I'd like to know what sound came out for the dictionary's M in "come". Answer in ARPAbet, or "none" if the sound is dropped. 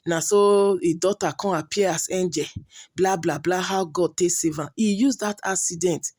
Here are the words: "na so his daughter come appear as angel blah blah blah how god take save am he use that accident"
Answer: none